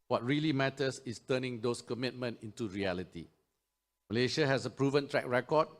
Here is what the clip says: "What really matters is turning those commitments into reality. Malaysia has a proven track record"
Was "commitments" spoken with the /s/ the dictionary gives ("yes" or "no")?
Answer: no